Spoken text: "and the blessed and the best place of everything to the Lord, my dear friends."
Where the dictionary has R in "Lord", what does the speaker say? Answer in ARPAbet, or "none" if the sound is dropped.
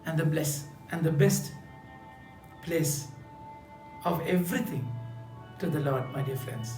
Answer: R